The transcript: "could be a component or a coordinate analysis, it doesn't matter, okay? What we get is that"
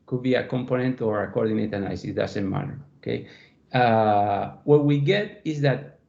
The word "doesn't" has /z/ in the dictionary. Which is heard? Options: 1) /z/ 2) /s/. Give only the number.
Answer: 2